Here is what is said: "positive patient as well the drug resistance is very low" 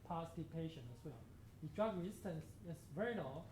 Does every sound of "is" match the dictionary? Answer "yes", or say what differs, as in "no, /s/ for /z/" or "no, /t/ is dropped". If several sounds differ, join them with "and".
no, /s/ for /z/